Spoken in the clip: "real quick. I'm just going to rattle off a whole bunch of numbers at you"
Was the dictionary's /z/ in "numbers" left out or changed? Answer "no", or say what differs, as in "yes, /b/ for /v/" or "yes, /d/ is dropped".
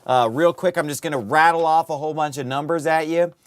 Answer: no